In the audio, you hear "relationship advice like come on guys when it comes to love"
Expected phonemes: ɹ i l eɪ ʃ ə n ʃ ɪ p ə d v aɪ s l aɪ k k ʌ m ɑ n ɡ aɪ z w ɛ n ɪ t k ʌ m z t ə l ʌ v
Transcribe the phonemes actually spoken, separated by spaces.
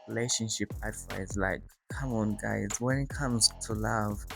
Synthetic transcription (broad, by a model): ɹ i l eɪ ʃ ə n ʃ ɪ p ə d f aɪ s l aɪ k k ʌ m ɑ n ɡ aɪ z w ɛ n ɪ t k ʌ m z t ə l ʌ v